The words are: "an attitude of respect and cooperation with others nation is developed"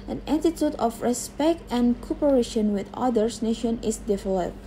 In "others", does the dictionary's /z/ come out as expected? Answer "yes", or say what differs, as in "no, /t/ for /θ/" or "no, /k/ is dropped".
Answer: no, /s/ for /z/